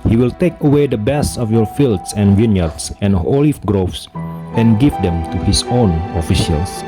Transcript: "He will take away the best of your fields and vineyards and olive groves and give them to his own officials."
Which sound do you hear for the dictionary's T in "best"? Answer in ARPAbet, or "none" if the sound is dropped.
none